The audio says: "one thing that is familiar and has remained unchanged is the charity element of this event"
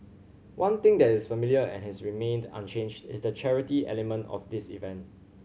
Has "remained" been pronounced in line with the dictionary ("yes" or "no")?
yes